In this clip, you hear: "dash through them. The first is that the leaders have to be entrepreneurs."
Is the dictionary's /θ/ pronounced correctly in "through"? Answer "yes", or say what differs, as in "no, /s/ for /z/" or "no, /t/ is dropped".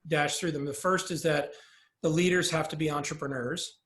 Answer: yes